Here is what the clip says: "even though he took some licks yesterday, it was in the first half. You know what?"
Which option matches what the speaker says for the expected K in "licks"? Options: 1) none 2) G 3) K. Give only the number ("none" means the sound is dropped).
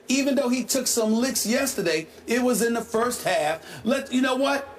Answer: 3